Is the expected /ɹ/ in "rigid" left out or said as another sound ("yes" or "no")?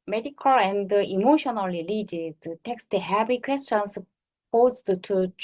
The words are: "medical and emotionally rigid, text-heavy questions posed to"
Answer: yes